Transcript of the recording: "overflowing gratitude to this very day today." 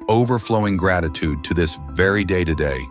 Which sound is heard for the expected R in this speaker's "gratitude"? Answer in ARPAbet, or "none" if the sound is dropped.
R